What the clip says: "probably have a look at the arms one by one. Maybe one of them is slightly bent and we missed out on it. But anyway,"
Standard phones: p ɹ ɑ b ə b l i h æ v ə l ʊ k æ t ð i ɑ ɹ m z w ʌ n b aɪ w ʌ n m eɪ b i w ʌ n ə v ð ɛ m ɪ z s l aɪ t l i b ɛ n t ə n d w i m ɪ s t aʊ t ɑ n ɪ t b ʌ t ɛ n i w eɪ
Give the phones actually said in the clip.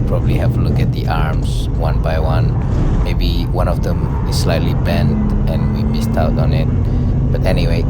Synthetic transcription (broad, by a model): p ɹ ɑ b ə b l i h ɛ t ə l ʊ k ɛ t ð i ɑ ɹ m s w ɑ n b aɪ w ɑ n m eɪ b i w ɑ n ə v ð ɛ m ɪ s s l aɪ t l i b ɛ n t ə n w i m ɪ s t aʊ t ɑ n ɪ t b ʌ t ɛ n i w eɪ